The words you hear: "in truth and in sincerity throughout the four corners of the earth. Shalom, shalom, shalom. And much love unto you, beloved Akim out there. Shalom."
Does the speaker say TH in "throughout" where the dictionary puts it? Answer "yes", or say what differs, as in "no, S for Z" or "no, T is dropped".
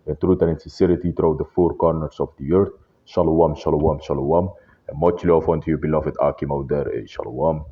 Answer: no, T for TH